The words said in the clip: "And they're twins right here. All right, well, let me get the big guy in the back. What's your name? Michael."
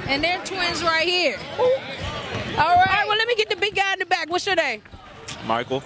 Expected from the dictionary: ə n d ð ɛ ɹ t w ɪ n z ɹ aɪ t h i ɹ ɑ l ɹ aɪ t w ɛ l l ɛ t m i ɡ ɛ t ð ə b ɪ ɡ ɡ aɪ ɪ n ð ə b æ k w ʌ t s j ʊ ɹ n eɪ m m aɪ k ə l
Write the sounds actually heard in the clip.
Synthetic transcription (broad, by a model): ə n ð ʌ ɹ t w ɪ n z ɹ aɪ t h i ɹ ɑ l ɹ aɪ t w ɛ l l ɛ t m i ɡ ɛ t ð ə b ɪ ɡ ɡ aɪ ɪ n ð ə b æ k w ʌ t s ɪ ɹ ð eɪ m m aɪ k l